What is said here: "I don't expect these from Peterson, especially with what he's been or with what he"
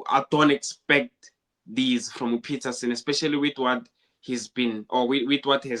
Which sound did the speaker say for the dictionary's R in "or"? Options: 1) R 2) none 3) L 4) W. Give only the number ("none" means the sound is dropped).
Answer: 4